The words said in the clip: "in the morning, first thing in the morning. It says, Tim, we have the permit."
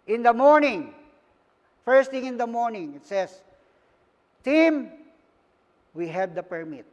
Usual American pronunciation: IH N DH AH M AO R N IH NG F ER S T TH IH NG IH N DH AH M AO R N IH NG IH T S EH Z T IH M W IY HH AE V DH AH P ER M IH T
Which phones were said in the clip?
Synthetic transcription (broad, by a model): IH N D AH M AO R N IH NG F ER S T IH NG IH N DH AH M AO R N IH NG IH T S EH S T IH M W IY HH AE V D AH P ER M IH T